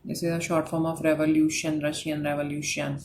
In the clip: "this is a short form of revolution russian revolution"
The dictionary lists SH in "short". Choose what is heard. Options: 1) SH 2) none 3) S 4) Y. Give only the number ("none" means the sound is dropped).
1